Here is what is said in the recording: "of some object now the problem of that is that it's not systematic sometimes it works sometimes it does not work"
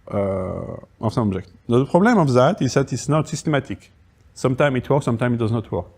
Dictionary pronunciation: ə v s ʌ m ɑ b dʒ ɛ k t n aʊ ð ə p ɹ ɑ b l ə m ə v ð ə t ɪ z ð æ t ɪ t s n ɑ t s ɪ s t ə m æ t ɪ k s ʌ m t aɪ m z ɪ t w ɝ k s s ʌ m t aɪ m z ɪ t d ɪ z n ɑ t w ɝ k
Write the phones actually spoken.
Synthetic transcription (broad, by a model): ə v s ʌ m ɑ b ʒ ɛ k t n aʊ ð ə p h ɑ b l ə m ə v ð ə t ɪ z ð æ t ɪ t s n ɑ t s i s t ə m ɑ t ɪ k s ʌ m t aɪ m ɪ t w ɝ k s s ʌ m t aɪ m ɪ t d ɪ z n ɑ t w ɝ k